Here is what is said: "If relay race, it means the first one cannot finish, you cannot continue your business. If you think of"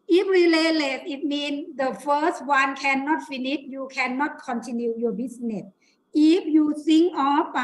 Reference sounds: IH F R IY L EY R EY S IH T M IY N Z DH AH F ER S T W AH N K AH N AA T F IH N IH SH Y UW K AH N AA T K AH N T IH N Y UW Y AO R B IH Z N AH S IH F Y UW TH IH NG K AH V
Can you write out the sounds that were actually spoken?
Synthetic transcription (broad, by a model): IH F R IY L EY L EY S IH T M IY N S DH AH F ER S T W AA N K AH N AA T F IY N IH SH Y UW K AH N AA T K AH N T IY N Y UW Y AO B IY S N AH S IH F Y UW S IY NG AH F